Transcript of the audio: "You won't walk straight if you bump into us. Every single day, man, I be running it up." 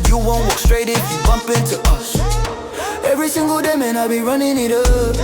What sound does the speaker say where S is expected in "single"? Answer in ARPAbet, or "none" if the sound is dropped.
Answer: S